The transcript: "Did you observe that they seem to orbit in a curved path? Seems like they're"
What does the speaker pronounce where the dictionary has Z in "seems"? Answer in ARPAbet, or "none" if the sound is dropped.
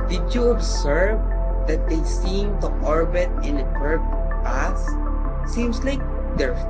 S